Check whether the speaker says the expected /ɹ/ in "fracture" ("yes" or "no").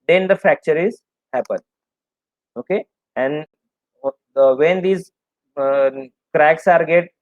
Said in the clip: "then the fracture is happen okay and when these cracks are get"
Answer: no